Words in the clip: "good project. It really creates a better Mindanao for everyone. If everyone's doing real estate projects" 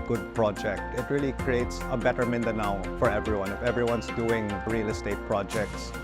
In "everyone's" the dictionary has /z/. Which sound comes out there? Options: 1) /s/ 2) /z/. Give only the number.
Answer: 1